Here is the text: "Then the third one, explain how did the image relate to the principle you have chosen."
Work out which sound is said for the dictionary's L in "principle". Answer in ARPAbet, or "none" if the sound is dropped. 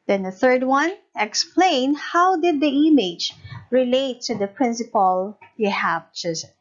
L